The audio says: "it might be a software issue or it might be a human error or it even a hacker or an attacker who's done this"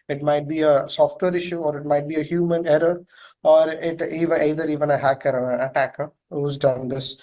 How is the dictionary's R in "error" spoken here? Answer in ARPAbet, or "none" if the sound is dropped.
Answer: R